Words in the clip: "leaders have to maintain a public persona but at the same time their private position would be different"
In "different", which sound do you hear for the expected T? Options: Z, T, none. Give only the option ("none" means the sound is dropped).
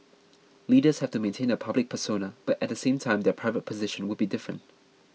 T